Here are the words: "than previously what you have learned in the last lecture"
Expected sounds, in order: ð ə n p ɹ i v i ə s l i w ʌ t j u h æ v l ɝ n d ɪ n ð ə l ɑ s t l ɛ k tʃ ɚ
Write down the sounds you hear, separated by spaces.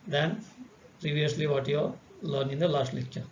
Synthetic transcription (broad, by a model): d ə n p ɹ i v i ə s l i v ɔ t j u l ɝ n ɪ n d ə l ɑ s t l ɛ k tʃ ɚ